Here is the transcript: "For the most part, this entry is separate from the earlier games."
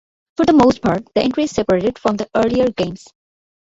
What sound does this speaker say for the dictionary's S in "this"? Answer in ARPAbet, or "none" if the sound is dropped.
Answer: none